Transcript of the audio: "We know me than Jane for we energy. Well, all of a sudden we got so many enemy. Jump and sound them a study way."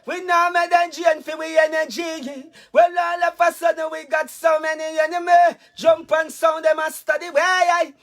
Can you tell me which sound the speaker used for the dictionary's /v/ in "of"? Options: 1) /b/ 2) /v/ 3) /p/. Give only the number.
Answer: 3